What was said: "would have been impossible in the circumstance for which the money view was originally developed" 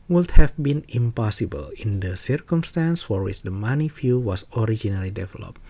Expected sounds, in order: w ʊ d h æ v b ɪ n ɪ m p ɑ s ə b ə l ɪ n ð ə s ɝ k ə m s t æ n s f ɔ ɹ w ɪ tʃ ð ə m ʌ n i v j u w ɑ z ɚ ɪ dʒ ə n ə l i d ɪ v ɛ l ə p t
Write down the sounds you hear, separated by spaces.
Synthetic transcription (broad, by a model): w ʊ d h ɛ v b ɪ n ɪ m p ɑ s ə b ə l ɪ n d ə s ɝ k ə m s t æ n s f ɔ ɹ w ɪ tʃ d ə m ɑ n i f j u w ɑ s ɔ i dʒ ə n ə l i d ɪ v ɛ l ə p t